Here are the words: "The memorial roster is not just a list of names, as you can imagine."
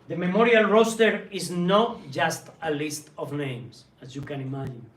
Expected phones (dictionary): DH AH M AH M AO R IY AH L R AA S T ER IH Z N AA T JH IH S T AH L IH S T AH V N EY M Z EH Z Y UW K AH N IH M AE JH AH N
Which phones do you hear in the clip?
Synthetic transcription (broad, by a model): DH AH M AH M AO R IY AH L R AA S T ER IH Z N AA T JH IH S T AH L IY S T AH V N EY M S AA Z Y UW K AH N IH M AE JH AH N